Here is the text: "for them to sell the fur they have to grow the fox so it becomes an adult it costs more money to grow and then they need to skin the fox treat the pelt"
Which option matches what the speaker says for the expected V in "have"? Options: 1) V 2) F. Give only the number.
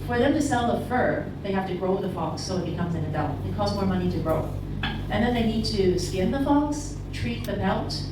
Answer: 2